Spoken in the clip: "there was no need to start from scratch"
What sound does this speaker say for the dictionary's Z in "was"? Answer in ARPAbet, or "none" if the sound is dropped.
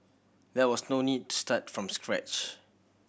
S